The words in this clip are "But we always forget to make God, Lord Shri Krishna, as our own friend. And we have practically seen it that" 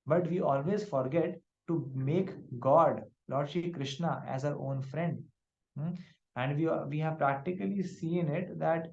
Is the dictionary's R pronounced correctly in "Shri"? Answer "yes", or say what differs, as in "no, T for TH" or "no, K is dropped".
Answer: no, R is dropped